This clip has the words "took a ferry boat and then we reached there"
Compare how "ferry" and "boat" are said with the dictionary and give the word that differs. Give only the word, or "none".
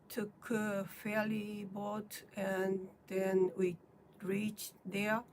ferry